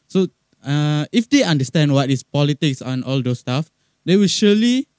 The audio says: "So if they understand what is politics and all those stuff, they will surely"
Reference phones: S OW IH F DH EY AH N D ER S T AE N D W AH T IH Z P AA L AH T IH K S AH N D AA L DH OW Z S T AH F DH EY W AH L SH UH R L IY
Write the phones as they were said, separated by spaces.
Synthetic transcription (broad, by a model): S OW IH F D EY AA N D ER S T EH N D W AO T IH S P AA L AH T IH K S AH N AA L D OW S T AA F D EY W AH L SH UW L IY